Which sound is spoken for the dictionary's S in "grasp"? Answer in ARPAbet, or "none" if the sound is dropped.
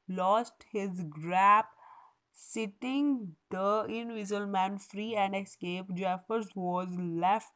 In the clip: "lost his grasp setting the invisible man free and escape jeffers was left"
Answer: none